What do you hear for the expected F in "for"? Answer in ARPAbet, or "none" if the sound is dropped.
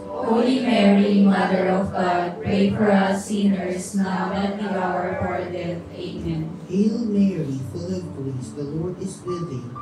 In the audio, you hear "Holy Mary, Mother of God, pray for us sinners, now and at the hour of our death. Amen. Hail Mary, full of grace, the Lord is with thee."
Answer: P